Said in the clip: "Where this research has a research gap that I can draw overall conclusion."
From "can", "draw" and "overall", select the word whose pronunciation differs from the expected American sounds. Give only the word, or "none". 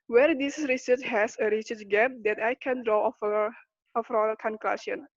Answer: overall